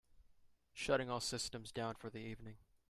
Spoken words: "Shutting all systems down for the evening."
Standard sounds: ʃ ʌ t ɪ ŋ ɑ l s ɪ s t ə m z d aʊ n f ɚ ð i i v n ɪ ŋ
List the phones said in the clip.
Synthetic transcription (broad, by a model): ʃ ʌ t ɪ ŋ ɑ l s ɪ s t ə m z d aʊ n f ɚ ð i i v n ɪ ŋ